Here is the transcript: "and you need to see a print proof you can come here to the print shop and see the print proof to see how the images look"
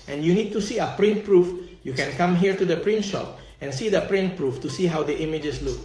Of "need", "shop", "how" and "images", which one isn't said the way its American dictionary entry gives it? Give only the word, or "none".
images